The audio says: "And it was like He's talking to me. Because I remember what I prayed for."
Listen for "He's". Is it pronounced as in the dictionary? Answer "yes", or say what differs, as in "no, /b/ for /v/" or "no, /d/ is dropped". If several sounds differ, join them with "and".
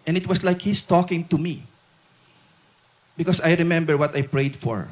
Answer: no, /s/ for /z/